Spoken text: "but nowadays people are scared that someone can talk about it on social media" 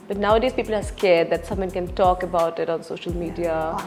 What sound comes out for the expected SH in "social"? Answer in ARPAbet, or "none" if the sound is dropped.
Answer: SH